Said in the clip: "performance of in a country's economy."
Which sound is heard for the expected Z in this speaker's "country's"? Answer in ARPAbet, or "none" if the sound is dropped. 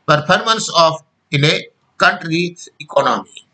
none